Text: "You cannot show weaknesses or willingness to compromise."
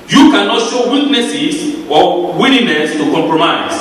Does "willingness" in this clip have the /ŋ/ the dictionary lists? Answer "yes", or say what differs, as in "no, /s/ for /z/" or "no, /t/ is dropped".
no, /ŋ/ is dropped